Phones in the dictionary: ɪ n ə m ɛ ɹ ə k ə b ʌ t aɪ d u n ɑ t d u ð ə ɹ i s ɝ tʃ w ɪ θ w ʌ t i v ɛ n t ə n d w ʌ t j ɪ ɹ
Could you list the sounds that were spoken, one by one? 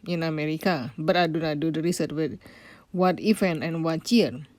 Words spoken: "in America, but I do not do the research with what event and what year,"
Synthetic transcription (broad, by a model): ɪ n ə m ɛ ɹ ə k ə b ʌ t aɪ d u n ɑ d u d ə ɹ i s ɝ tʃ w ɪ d w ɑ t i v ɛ n ə n w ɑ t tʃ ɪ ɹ